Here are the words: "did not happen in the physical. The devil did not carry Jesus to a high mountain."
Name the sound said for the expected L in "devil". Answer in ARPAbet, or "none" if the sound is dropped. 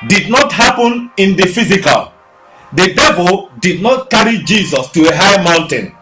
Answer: L